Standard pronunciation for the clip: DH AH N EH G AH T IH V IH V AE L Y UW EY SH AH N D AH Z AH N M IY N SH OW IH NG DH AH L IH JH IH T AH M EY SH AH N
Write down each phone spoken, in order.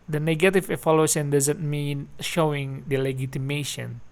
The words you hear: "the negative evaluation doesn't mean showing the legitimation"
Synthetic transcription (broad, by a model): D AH N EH G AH T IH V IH F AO L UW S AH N D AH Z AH N M IY N SH OW IH NG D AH L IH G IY T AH M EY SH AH N